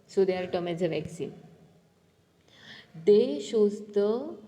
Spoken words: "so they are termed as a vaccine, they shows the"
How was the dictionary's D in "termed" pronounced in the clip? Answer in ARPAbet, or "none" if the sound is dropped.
none